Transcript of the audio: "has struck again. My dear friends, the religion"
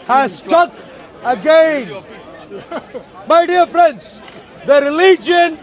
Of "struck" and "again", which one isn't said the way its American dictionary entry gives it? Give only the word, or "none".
struck